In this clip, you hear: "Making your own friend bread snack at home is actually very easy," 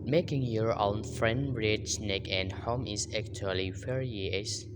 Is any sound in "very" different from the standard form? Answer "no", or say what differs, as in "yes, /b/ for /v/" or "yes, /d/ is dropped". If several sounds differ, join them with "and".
yes, /f/ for /v/